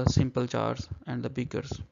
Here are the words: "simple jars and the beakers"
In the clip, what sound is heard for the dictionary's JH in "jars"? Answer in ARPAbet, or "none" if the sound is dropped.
CH